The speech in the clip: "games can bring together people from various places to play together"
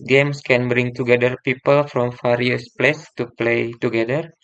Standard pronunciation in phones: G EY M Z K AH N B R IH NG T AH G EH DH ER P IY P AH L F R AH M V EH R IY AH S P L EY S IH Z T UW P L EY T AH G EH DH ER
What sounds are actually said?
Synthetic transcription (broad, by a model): G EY M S K AH N B R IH NG T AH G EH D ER P IY P AH L F R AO M F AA R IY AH S P L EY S T UW P L EY T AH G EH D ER